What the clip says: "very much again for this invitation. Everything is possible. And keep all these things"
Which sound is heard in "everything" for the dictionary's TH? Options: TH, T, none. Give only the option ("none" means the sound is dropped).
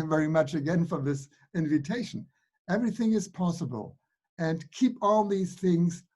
TH